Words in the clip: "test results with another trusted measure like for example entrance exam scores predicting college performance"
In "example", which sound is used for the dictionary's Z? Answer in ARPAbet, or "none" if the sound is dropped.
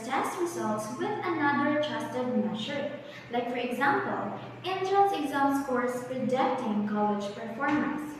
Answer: Z